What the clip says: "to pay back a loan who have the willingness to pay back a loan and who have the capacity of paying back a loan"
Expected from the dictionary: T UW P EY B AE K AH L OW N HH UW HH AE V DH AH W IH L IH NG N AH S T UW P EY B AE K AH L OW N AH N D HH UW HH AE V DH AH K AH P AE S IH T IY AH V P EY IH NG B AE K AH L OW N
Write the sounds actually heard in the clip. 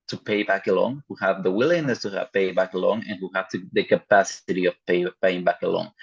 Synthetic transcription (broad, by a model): T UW P EY B AE K AH L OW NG HH UW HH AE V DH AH W IH L IH NG N AH S T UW P EY B AE K AH L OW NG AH N HH UW HH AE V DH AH K AH P AE S IH T IY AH P P EY IH NG B AE K AH L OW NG